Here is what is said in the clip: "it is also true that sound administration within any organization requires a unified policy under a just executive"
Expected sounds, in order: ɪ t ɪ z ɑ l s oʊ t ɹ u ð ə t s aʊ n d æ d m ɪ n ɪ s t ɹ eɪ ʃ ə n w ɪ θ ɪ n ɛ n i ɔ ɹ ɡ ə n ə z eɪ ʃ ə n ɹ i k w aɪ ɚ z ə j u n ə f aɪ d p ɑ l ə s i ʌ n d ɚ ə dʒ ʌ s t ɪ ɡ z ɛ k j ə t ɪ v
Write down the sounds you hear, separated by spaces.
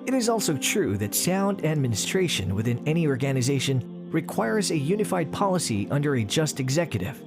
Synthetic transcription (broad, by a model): ɪ t ɪ z ɑ l s oʊ t ɹ u ð ə t s aʊ n d æ d m ɪ n ɪ s t ɹ eɪ ʃ ə n w ɪ θ ɪ n ɛ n i ɔ ɹ ɡ ə n ə z eɪ ʃ ə n ɹ i k w aɪ ɚ z ə j u n ə f aɪ d p ɑ l ə s i ʌ n d ɚ ə dʒ ʌ s t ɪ ɡ z ɛ k j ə t ɪ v